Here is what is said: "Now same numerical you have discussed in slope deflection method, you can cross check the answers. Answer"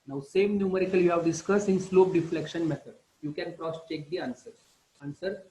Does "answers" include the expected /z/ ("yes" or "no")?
no